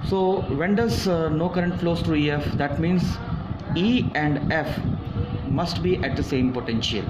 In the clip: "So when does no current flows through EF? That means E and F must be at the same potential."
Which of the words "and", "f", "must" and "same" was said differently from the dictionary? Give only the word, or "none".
none